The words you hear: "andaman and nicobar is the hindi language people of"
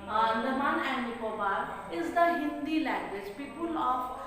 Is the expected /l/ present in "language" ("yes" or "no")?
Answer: yes